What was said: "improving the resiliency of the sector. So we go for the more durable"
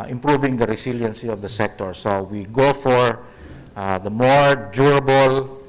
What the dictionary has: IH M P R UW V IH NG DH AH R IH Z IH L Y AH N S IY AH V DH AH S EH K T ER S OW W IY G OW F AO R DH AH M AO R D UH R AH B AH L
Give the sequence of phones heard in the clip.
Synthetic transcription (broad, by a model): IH M P R UW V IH NG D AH R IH S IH L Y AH N S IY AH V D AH S EH K T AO S OW W IY G OW F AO R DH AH M AO R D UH R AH B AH L